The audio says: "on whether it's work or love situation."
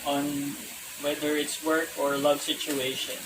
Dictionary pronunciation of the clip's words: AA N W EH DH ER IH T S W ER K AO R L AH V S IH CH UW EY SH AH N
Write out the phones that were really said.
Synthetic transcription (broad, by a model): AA N W EH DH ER IH T S W ER K AO R L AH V S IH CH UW EY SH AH N